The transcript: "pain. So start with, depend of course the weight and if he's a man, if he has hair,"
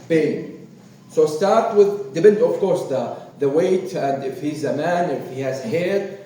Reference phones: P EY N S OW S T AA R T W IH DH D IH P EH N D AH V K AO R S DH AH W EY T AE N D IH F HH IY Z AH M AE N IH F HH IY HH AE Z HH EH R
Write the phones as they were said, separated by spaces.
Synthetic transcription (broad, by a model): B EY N S OW S T AA R T W IH DH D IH B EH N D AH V K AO R S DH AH W EY T AE N D IH F HH IY Z AH M AE N IH F HH IY HH AE Z HH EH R